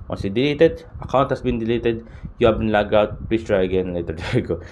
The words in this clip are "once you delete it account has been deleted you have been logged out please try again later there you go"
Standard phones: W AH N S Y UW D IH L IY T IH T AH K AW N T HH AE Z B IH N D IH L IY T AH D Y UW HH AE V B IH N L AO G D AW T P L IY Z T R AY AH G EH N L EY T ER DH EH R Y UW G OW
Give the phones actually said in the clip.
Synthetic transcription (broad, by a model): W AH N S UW D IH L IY T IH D AH K AW N T HH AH S B IH N D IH L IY T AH D Y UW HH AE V B IH N L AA G AW T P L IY S T R AY AH G EH N L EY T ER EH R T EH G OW